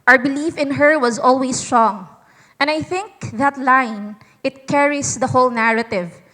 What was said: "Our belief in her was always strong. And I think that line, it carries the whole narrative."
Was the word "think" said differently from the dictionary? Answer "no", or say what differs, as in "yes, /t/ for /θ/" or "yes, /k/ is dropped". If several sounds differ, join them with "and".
no